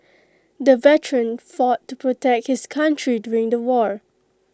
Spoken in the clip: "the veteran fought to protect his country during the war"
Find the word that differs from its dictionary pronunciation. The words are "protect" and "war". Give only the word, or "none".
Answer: none